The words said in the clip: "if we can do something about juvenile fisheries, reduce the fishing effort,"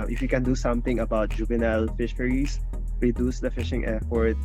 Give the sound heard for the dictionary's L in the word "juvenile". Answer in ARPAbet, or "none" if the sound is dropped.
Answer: L